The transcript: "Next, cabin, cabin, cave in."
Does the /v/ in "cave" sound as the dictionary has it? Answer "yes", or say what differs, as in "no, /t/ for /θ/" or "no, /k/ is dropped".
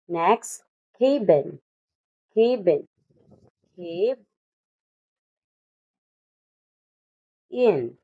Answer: no, /b/ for /v/